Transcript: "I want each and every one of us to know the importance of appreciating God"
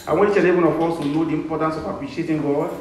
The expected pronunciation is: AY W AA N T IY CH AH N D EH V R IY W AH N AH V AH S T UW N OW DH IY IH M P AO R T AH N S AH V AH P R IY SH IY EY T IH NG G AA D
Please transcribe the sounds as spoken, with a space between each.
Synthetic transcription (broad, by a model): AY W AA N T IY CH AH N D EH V IY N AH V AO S T UW N OW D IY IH M P AO T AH N S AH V AH P R IY SH IY EY T IH NG G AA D